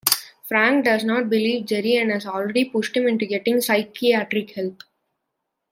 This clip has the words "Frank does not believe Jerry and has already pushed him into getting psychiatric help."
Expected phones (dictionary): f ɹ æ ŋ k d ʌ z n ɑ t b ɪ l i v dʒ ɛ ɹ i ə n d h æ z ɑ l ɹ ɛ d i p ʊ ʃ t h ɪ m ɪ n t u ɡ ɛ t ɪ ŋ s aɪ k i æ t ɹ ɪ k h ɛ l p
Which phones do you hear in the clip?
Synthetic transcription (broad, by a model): f ɹ æ ŋ k d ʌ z n ɑ t b ɪ l i v dʒ ɛ ɹ i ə n h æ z ɑ l ɹ ɛ d i p ʊ ʃ t h ɪ m ɪ n t u ɡ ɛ t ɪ ŋ s aɪ k i æ t ɹ ɪ k h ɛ l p